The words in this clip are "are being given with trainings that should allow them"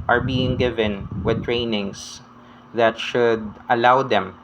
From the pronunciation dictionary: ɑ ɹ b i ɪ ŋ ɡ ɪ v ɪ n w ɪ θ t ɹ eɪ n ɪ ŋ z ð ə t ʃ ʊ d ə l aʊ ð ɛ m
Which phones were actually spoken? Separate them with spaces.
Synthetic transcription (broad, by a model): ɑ ɹ b i ɪ ŋ ɡ ɪ v ɪ n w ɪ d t ɹ eɪ n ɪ ŋ s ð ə t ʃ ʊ d ə l aʊ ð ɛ m